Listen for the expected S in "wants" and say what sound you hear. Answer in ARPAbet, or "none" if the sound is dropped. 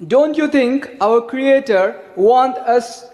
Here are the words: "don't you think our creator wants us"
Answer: none